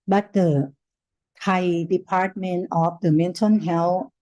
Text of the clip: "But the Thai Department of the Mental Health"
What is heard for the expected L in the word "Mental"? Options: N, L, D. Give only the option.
N